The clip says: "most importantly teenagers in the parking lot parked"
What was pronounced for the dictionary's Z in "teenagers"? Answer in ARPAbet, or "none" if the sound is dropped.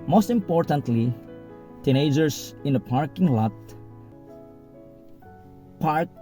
S